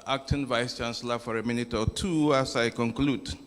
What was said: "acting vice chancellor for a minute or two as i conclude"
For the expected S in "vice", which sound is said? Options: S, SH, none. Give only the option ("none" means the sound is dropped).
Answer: S